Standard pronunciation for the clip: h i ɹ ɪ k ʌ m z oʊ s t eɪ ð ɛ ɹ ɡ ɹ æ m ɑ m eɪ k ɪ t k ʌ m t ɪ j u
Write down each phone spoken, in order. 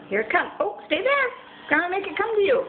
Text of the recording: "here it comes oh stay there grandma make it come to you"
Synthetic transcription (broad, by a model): h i ɹ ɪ k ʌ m oʊ s t eɪ ð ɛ ɹ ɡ ʌ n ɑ m eɪ k ɪ t k ʌ m t ɪ j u